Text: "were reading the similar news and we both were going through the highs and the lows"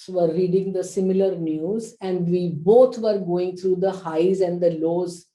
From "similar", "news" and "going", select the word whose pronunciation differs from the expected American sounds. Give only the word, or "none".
none